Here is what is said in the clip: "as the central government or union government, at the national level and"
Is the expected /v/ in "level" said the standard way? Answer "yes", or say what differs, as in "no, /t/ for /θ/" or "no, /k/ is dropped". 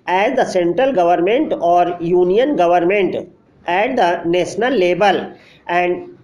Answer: no, /b/ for /v/